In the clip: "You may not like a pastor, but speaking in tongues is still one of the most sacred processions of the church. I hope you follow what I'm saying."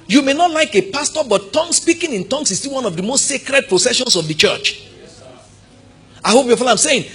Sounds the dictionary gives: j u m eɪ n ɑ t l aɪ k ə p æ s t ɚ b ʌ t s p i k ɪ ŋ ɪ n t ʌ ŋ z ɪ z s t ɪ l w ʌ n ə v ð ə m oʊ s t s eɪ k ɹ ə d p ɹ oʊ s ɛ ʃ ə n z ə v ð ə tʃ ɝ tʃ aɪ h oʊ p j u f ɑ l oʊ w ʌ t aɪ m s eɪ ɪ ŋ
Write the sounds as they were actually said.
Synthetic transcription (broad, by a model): j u m eɪ n ɑ t l aɪ k ə p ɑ s t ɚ b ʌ t s p i k ɪ ŋ ɪ n t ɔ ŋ s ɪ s t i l w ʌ n ə v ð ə m oʊ s t s eɪ k ɹ ə d p ɹ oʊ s ɛ ʃ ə n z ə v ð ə tʃ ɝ tʃ aɪ h oʊ p j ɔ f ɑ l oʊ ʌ aɪ m s eɪ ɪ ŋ